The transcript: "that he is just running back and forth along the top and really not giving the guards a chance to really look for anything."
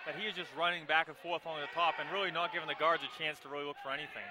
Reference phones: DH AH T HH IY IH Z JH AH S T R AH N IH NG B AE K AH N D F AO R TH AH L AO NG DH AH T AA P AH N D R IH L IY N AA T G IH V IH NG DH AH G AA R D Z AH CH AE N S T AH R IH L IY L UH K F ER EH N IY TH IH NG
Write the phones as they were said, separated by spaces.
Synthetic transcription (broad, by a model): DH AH T HH IY IH Z JH AH S T R AH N IH NG B AE K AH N F AO R TH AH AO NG DH AH T AA P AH N R IH L IY N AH T G IH V IH NG DH AH G AA R D Z AH CH AE N S T AH R IH L IY L UH K F ER EH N IY TH IH NG